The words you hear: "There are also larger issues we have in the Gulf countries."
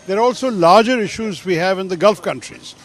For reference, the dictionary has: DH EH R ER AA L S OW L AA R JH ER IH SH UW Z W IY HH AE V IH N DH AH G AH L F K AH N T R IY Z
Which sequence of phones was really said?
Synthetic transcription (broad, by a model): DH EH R AA L S OW L AA R JH ER IH SH UW Z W IY HH AE V IH N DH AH G AH L F K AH N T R IY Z